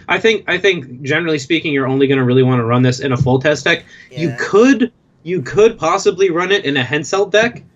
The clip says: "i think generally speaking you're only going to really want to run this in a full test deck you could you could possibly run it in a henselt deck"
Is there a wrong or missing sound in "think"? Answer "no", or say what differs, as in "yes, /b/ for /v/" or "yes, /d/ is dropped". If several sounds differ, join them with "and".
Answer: no